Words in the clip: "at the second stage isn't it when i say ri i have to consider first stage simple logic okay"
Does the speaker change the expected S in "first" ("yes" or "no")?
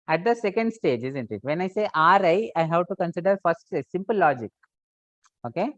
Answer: yes